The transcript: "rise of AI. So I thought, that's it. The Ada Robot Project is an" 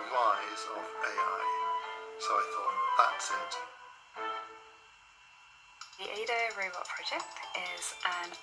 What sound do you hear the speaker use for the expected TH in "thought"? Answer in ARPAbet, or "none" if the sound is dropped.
TH